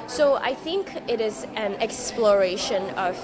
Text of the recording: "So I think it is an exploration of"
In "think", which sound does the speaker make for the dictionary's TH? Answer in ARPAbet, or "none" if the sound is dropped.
TH